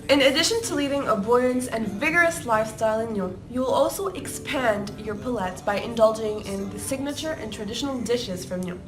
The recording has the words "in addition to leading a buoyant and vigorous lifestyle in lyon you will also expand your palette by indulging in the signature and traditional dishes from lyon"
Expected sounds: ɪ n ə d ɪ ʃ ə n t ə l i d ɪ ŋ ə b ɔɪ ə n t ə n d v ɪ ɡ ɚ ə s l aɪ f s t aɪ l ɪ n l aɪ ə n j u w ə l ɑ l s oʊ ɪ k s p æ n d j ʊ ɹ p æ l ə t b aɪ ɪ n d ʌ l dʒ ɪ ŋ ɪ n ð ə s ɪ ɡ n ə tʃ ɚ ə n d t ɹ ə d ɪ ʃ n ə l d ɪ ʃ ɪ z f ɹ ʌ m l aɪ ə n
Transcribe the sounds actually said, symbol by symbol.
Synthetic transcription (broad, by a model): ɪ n ə d ɪ ʃ ə n t ə l i d ɪ ŋ ə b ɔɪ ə n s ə n v ɪ ɡ ɚ ə s l aɪ f s t aɪ l ɪ n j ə j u w ə l ɑ l s oʊ ɪ k s p æ n d j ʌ ɹ p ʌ l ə t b aɪ ɪ n d ʌ l dʒ ɪ ŋ ɪ n ð ə s ɪ ɡ n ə tʃ ɚ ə n t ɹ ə d ɪ ʃ n l d ɪ ʃ ɪ z f ɹ ʌ m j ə